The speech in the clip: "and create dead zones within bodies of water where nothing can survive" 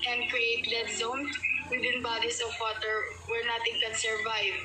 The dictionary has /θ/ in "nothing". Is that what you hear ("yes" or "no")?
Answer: no